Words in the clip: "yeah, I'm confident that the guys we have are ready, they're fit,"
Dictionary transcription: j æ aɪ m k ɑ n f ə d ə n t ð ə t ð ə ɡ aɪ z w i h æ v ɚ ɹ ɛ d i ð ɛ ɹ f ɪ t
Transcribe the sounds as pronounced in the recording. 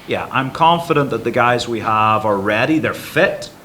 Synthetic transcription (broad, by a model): j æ aɪ m k ɑ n f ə d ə n ð ə t ð ə ɡ aɪ z w i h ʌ v ɚ ɹ ɛ d i ð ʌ ɹ f ɪ t